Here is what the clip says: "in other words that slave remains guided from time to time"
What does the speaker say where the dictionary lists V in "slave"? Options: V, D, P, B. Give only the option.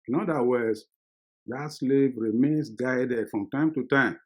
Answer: V